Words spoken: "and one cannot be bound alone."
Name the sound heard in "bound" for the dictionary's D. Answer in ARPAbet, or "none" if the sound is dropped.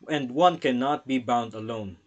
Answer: D